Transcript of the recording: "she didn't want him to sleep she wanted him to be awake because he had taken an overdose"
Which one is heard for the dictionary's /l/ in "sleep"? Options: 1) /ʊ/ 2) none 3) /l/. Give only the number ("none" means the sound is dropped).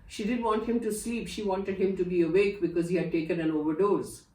3